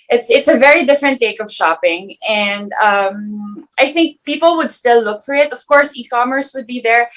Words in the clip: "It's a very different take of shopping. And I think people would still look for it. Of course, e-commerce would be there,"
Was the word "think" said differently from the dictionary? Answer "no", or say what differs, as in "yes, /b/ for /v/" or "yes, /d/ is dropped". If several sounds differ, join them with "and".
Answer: no